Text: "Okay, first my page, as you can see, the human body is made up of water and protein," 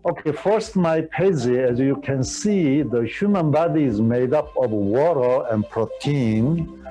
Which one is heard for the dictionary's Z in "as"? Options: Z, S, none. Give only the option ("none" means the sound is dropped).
Z